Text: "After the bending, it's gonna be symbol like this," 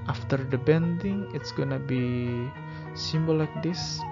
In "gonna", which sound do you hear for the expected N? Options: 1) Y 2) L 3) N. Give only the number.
3